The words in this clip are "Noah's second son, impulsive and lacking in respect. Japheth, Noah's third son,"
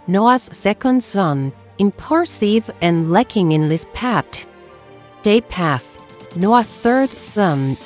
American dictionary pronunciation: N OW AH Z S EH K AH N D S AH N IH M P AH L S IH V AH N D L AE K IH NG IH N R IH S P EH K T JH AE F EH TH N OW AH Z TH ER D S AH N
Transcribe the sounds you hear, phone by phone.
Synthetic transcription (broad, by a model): N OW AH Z S EH K AH N D S AH N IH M P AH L S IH V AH N L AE K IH NG IH N L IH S P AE T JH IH P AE TH N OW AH TH ER D S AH N